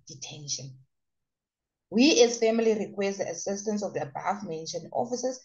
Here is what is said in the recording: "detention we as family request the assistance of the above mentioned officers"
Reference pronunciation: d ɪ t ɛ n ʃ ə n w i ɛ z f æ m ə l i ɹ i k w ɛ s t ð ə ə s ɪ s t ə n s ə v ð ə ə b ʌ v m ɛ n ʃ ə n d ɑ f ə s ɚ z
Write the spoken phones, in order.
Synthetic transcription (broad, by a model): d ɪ t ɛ n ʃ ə n w i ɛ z f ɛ m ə l i ɹ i k w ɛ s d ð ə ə s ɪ s t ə n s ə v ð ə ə b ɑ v m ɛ n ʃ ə n ɑ f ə s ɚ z